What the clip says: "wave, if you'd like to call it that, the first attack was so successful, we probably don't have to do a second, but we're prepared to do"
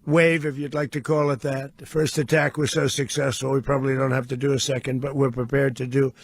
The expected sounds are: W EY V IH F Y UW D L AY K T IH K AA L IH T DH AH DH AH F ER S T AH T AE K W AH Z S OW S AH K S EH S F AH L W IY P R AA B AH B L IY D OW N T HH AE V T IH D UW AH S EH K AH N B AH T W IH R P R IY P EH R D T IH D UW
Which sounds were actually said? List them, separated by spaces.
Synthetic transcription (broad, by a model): W EY V IH F Y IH D L AY K T IH K AA L IH T DH AH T F ER S T AH T AE K W AH Z S OW S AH K S EH S F L W IY P R AA B AH B L IY D OW N T HH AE F T IH D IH AH S EH K AH N B AH T W IH R P R IY P EH R D T IH D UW